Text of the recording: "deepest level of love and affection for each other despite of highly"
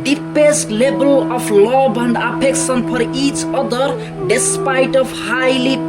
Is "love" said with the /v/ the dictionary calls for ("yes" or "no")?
no